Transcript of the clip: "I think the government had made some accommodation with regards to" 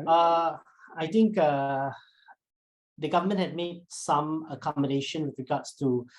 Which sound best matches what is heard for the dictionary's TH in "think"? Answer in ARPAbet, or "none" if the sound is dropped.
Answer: T